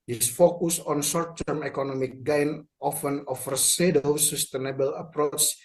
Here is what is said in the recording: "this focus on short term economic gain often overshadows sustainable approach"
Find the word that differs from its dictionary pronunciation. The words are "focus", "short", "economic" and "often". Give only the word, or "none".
short